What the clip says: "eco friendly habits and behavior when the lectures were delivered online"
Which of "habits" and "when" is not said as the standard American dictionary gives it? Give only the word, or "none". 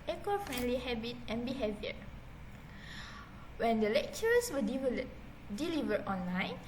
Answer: habits